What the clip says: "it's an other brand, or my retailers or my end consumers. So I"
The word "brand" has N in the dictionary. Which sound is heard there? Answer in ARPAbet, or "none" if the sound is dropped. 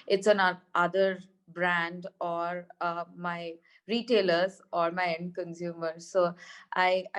N